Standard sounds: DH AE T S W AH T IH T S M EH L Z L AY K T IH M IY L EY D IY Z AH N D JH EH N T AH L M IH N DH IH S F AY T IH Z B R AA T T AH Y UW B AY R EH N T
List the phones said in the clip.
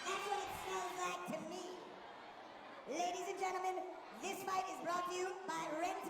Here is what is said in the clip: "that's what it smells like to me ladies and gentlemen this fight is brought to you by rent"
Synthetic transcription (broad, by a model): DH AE T S W AH T IH T S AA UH N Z L AY K T IH M IY L EY D IY Z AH N JH EH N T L M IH N DH IH S F AY T IH Z B R AA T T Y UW B AY R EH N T